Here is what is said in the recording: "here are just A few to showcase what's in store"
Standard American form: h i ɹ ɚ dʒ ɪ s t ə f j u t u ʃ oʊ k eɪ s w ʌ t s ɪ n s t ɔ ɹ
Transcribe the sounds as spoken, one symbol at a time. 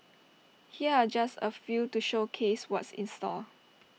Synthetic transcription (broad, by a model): h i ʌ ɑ dʒ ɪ s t ə f j u t u ʃ oʊ k eɪ s w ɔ t s ɪ n s t ɔ l